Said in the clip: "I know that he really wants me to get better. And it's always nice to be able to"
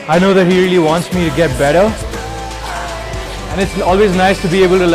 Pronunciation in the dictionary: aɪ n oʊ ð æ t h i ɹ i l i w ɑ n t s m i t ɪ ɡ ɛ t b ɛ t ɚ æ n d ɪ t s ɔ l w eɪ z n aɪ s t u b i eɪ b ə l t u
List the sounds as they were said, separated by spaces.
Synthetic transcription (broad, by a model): aɪ n oʊ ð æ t h i ɹ i l i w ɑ n t s m i t ɪ ɡ ɛ t b ɛ t ɚ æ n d ɪ t s ɔ l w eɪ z n aɪ s t u b i eɪ b ə l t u